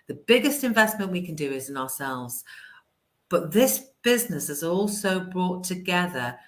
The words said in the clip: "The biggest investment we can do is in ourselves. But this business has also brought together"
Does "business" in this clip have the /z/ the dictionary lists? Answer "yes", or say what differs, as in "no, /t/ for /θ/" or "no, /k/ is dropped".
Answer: yes